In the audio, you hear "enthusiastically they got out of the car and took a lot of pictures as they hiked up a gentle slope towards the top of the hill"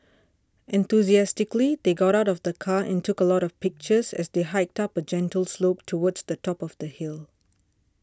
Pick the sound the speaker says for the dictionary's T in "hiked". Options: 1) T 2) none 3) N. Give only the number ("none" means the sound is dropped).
1